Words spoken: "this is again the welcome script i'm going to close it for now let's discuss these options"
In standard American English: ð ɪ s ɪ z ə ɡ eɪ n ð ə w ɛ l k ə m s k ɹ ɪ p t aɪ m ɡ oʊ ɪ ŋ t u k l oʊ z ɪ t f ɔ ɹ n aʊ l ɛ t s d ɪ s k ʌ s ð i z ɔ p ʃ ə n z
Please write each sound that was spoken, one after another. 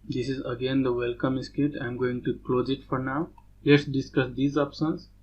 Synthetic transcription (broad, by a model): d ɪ s ɪ z ə ɡ eɪ n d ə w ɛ l k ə m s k ɪ t aɪ m ɡ oʊ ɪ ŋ t u k l oʊ z ɪ t f ɔ ɹ n aʊ l ɛ t s d ɪ s k ʌ s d i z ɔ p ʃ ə n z